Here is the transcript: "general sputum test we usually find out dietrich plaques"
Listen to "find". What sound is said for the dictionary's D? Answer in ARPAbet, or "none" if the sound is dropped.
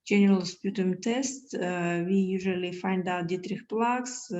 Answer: D